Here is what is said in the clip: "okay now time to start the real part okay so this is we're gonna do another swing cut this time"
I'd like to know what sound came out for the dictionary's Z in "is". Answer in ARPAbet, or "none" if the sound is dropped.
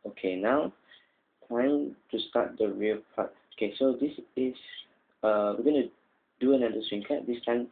S